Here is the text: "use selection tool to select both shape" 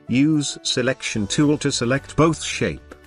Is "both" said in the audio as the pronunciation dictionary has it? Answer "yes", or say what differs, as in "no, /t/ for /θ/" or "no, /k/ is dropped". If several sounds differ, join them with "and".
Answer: yes